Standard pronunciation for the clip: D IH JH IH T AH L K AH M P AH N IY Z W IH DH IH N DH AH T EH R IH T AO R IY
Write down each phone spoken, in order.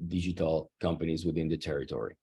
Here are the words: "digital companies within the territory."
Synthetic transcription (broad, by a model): D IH JH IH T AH L K AH M P AH N IY Z W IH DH IH N DH AH T EH R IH T AO R IY